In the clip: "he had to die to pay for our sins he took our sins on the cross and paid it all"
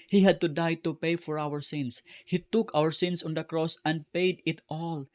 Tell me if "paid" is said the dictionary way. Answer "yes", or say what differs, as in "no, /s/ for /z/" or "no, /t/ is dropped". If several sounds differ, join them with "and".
yes